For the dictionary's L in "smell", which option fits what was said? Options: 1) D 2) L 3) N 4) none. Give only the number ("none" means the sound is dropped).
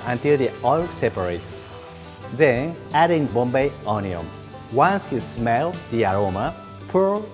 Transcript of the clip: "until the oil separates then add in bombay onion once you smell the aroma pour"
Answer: 2